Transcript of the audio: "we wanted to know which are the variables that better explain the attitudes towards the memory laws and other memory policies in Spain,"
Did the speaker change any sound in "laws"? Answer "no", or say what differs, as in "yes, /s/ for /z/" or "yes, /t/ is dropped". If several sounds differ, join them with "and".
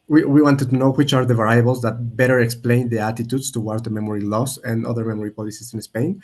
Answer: yes, /s/ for /z/